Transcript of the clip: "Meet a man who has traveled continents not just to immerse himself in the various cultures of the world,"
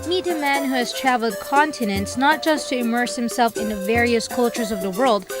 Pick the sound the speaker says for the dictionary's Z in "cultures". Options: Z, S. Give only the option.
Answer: Z